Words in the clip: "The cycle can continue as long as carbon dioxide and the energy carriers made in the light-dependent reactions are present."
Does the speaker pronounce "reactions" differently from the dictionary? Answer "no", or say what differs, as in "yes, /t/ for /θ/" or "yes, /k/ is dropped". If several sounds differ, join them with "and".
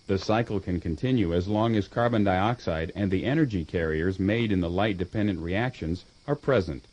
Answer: no